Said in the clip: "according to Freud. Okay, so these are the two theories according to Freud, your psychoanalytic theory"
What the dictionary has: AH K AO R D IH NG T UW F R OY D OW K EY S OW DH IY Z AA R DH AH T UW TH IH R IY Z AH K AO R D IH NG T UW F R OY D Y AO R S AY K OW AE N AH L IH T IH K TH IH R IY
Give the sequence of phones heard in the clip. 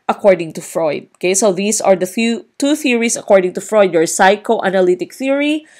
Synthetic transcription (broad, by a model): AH K AO R D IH NG T UW F R OY D OW K EY S OW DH IY S AA R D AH T UW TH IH R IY S AH K AO R D IH NG T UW F R OY D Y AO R S AY K OW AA N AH L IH T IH K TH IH R IY